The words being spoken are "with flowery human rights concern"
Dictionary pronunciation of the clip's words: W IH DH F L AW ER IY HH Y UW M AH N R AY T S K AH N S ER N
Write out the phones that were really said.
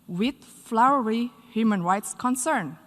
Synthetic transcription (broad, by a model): W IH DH F L AW ER IY HH Y UW M AH N R AY T S K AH N S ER N